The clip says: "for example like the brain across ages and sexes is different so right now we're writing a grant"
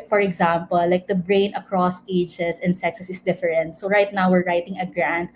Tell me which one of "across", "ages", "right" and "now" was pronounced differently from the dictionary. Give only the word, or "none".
ages